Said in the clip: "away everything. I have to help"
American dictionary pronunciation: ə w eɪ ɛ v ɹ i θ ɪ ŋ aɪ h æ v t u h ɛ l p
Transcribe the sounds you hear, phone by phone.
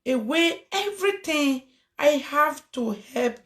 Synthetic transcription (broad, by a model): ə w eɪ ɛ v ɹ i t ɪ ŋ aɪ h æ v t u h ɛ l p